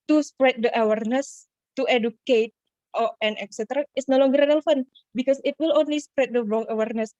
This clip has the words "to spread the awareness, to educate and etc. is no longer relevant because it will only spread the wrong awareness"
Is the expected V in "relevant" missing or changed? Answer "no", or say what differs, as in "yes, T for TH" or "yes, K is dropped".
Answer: yes, F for V